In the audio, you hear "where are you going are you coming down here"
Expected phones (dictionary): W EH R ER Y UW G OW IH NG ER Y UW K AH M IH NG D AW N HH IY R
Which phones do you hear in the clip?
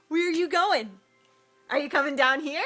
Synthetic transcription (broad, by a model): W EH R Y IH G OW IH NG ER Y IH K AH M IH NG D AW N HH IY R